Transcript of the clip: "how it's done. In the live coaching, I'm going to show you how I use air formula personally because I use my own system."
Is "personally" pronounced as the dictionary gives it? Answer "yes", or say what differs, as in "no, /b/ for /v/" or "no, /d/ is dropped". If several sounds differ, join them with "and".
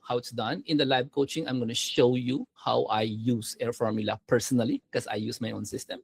no, /l/ is dropped